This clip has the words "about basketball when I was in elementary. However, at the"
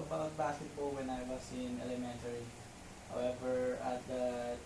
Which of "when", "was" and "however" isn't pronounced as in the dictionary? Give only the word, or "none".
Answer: was